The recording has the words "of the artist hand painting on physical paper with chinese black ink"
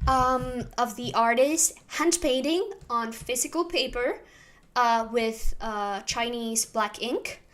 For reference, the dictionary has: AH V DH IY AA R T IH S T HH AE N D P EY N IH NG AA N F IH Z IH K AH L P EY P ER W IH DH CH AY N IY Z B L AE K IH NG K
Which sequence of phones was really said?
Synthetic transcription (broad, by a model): AH V DH IY AA R T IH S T HH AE N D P EY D IH NG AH N F IH Z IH K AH L P EY P ER W IH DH CH AY N IY Z B L AE K IH NG K